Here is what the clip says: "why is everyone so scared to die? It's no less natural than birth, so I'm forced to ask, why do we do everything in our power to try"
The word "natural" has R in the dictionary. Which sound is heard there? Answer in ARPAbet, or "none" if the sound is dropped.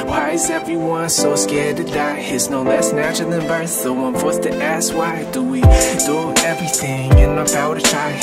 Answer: none